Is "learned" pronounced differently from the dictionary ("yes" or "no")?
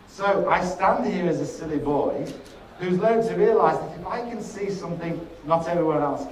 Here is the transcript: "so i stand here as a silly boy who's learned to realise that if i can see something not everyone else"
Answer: yes